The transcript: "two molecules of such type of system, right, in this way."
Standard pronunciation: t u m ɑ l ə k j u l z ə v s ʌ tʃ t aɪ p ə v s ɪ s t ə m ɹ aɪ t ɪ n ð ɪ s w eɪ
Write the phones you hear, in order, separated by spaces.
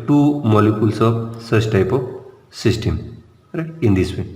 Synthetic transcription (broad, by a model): t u m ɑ l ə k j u l s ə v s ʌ s t aɪ p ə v s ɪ s t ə m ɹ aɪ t ɪ n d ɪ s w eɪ